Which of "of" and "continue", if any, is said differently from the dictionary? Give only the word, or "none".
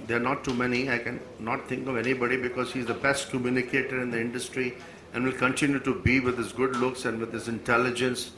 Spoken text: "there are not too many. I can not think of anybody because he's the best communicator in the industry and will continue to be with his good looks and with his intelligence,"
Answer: none